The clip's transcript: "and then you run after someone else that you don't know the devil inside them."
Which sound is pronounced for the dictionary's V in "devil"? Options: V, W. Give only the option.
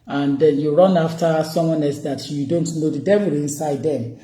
W